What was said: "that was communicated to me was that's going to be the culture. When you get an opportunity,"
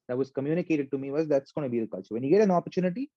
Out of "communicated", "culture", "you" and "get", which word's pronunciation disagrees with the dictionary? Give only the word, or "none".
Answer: culture